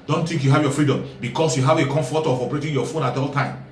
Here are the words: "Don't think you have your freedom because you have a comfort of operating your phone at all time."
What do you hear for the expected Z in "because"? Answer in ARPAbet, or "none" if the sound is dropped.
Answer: S